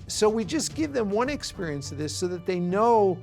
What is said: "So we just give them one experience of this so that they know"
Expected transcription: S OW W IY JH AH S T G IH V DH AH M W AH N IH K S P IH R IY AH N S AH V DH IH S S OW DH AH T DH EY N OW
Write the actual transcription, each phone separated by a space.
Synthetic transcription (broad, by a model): S OW W IY JH AH S G IH V DH AH M W AH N IH K S P IH R IY AH N S AH V DH IH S S OW DH AH T DH EY N OW